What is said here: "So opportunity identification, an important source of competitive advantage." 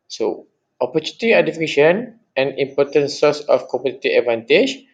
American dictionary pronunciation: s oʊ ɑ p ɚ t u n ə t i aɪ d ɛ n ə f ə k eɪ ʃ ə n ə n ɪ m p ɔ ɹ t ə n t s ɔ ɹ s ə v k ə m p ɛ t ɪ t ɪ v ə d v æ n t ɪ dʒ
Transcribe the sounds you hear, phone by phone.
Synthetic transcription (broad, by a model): s oʊ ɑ p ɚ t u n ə t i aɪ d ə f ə k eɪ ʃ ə n ə n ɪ m p ɔ t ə n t s ɔ s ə f k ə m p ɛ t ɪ t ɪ ə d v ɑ n t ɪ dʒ